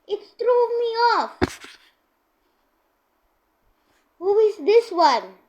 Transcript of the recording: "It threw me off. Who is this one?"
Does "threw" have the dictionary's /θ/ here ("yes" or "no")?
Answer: no